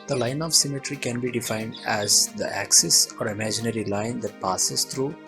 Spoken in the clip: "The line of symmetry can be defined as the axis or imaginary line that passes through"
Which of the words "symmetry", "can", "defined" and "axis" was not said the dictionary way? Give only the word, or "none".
none